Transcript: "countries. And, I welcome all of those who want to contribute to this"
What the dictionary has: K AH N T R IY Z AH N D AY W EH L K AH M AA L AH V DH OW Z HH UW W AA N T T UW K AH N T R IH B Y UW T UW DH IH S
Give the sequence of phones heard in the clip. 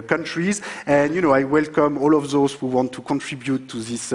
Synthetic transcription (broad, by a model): K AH N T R IY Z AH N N AY W EH L K AH M AA L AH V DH OW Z HH UW W AA N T T UW K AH N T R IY B Y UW T UW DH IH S